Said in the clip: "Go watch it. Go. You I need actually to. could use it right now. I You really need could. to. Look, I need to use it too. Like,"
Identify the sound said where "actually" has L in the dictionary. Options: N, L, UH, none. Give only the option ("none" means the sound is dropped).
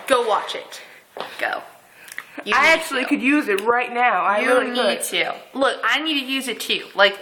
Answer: none